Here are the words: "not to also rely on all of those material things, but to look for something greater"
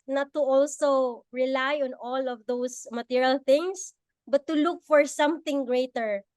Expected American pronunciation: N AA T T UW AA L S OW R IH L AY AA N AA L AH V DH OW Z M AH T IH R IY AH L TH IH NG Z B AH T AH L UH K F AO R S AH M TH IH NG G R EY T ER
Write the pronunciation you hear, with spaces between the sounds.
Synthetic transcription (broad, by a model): N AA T T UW AA L S OW R IH L AY AA N AA L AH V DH OW S M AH T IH R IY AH L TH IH NG S B AH T AH L UH K F AO R S AH M TH IH NG G R EY T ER